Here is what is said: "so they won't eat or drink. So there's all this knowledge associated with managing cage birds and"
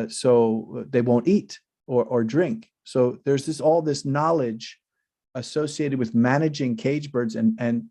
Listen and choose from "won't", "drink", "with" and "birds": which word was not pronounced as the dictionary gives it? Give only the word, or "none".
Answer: none